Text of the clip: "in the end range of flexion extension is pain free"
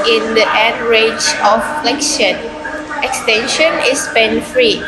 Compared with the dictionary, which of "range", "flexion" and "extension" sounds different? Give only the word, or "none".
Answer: range